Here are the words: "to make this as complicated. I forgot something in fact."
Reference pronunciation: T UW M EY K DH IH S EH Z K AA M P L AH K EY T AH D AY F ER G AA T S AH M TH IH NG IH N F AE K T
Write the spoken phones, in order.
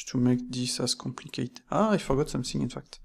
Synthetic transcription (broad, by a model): T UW M EY K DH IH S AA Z K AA M P L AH K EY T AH AY F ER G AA T S AH M TH IH NG IH N F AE K T